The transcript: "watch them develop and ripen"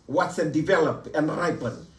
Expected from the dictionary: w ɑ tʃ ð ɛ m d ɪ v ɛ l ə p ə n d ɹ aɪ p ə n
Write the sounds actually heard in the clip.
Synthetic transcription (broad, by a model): w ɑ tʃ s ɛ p d ɪ v ɛ l ə p ə n d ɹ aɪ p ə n